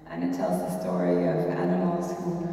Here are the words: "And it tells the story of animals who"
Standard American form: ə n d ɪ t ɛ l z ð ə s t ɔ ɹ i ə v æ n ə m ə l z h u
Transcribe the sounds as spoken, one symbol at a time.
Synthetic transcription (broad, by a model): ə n ɪ t ɛ l z ð ə s t ɔ ɹ i ə v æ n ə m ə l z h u